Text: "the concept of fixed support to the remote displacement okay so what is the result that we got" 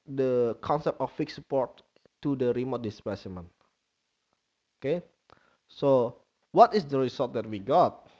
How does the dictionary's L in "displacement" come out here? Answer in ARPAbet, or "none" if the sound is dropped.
none